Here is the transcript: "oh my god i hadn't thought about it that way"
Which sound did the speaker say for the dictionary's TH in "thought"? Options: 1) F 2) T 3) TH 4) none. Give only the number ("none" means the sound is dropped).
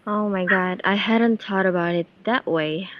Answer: 2